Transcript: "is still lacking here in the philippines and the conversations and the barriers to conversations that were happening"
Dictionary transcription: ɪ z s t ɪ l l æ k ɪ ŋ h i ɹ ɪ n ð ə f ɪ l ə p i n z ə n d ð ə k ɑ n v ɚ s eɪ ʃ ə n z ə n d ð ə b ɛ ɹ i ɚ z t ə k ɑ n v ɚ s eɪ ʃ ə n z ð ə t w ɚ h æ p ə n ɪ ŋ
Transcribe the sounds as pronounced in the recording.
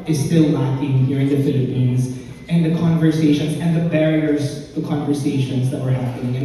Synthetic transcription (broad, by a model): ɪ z s t ɪ l n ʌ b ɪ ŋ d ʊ ɹ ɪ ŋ ð ə f ɪ l ə p i n z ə n ð ə k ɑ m v ɚ s eɪ ʃ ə n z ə n ð ə b ɛ ɹ i ɚ z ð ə k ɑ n v ɚ s eɪ ʃ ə n z ð ə t w ɚ h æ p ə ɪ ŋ